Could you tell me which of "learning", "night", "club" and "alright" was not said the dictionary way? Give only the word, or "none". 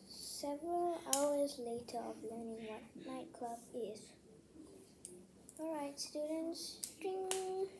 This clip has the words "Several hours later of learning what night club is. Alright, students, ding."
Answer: none